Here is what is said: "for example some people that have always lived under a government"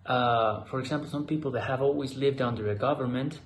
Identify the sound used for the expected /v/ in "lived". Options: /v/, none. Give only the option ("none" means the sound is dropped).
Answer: /v/